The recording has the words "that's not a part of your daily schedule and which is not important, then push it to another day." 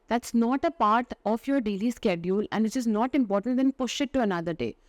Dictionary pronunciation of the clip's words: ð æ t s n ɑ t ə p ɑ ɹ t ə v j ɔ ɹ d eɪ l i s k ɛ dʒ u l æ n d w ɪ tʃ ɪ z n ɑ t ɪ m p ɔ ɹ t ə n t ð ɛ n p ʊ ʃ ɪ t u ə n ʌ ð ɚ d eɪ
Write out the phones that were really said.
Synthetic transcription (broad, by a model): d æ t s n ɑ t ə p ɑ ɹ t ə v j ɔ ɹ d eɪ l i s k ɛ dʒ u l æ n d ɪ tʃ ɪ z n ɑ t ɪ m p ɔ ɹ t ə n t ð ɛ n p ʊ ʃ ɪ t u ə n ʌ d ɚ d eɪ